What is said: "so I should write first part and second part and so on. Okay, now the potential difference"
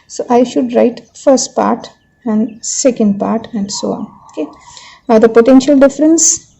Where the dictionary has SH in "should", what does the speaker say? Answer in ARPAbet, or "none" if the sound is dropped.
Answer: SH